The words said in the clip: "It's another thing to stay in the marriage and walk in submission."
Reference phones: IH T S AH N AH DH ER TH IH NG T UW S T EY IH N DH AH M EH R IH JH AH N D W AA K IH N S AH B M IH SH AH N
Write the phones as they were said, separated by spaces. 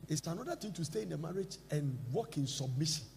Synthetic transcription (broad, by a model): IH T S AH N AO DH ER T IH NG T UW S T EY IH N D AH M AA R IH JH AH N W AA K IH N S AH B M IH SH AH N